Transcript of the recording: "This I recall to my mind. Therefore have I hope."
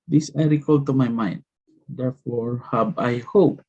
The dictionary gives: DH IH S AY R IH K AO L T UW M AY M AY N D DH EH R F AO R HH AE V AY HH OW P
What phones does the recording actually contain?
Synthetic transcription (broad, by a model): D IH S AY R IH K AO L T UW M AY M AY N D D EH R F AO R HH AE B AY HH OW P